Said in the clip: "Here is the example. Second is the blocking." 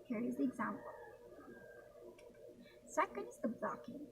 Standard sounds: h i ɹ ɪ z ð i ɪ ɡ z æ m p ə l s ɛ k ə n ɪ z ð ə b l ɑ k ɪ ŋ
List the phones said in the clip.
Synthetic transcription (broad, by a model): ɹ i ɪ z ð i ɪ ɡ z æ m p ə l s ɛ k ə n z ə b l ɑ k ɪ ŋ